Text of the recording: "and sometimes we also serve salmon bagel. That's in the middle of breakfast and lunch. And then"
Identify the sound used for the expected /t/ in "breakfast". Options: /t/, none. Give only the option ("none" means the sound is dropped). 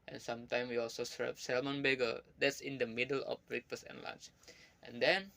none